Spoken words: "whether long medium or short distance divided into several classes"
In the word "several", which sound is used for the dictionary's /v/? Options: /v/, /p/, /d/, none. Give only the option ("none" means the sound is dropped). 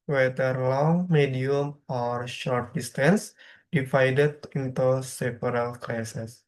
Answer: /p/